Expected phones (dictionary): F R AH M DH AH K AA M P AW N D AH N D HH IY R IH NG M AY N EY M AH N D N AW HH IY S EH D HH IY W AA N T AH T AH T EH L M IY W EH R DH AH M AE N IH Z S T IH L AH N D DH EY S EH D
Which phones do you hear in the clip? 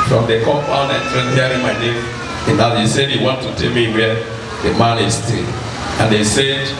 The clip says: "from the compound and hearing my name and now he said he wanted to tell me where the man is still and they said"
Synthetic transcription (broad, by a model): F R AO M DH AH K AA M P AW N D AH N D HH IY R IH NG M AY N EY M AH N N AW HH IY S EH D HH IY W AA N T AH T AH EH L M IY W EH L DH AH M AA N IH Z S T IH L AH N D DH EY S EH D